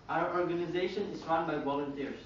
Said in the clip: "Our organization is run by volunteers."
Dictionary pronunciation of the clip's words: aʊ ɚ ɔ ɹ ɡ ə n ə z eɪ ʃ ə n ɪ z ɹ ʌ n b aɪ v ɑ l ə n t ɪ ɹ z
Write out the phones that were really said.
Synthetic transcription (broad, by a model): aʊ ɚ ɔ ɹ ɡ ə n ə z eɪ ʃ ə n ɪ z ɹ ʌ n b aɪ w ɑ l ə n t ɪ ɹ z